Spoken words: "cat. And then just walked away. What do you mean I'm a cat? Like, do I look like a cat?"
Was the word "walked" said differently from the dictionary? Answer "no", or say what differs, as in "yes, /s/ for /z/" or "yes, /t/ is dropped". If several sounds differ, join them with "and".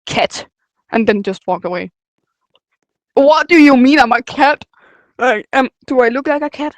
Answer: yes, /t/ is dropped